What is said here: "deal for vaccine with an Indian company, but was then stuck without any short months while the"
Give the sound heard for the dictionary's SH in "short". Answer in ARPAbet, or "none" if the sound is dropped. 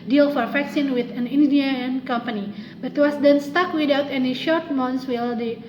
SH